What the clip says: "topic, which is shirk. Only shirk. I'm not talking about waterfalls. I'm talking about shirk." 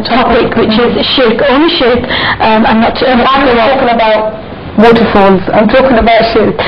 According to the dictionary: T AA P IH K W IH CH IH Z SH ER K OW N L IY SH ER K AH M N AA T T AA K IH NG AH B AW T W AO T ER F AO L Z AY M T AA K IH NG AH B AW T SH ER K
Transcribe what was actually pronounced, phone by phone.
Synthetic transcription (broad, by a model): T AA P IH K W IH CH IH Z SH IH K OW N IY SH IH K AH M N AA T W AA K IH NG AH B AW T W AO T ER F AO N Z AY M T AA K IH NG AH B AW T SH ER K